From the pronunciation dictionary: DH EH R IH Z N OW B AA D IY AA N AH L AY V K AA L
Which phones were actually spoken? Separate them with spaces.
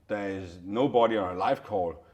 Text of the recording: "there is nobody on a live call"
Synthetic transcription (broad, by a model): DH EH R IH Z N OW B AA D IY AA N AH L AY F K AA L